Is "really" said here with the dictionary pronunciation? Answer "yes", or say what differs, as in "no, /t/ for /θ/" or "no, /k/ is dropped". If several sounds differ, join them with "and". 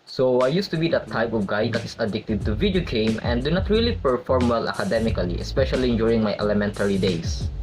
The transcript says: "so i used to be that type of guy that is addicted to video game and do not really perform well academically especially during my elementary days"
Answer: yes